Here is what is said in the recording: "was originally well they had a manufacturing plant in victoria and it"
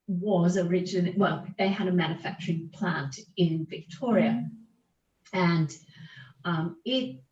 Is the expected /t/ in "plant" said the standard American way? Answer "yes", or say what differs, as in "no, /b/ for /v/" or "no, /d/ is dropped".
yes